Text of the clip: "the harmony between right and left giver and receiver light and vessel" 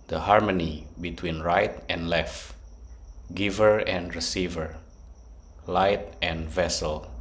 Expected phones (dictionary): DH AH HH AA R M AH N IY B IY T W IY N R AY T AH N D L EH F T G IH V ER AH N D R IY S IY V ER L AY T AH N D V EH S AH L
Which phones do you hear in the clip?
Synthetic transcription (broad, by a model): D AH HH AA R M AH N IY B IY T W IY N R AY T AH N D L EH F T G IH V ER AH N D R IY S IY V ER L AY T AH N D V EH S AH L